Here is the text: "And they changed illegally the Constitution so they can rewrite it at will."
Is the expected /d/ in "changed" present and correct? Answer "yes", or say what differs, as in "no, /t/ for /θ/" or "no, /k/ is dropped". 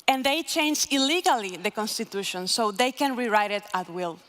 no, /d/ is dropped